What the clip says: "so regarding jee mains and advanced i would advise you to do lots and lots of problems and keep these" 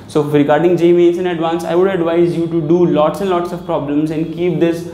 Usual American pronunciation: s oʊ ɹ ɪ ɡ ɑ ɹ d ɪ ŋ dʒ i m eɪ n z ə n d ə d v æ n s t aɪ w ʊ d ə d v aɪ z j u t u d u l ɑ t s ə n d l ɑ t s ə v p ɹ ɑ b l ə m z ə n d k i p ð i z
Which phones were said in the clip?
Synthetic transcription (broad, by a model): s oʊ ɹ ɪ ɡ ɑ ɹ d ɪ ŋ dʒ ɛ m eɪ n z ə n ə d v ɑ n s aɪ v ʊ d ə d v aɪ z j u t u d u l ɑ t s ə n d l ɑ t s ə v p ɹ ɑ b l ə m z ə n d k i p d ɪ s